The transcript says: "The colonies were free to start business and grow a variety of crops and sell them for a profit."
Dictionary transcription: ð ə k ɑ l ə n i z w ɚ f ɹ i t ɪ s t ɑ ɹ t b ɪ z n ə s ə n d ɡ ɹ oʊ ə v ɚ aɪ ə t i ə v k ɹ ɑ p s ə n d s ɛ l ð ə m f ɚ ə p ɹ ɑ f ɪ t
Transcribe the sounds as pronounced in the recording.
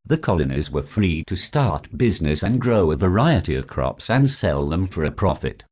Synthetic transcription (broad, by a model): ð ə k ɑ l ə n i z w ɚ f ɹ i t ɪ s t ɑ ɹ t b ɪ z n ə s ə n ɡ ɹ oʊ ə v ɚ aɪ ə t i ə v k ɹ ɑ p s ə n s ɛ l ð ə m f ɚ ə p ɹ ɑ f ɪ t